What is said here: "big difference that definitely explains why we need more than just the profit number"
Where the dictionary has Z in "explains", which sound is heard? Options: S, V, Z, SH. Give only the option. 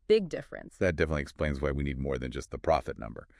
Z